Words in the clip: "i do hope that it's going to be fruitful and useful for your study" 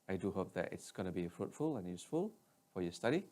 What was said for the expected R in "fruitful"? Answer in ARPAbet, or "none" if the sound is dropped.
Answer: R